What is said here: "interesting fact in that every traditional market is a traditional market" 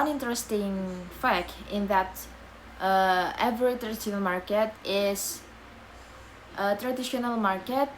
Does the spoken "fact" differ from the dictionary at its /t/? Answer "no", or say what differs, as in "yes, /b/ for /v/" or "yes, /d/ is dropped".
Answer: yes, /t/ is dropped